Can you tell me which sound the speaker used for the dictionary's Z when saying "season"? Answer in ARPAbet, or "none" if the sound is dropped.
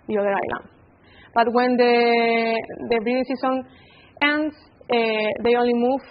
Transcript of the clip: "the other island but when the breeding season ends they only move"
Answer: S